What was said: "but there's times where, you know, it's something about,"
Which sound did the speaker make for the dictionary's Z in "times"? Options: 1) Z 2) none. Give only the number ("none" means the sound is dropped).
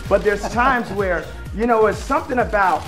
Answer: 1